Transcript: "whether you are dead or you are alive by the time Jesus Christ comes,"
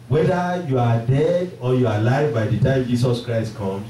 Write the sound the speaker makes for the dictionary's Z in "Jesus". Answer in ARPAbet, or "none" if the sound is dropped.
S